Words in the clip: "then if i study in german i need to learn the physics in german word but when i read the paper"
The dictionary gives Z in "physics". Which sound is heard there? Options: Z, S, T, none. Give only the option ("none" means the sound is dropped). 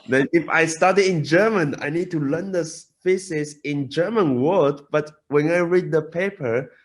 S